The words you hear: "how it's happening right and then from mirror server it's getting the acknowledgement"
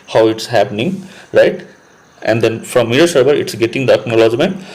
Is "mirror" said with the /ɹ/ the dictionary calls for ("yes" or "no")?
no